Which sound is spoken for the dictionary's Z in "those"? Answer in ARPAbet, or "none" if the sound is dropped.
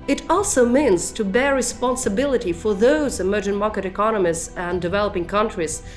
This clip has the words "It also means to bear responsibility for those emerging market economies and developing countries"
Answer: Z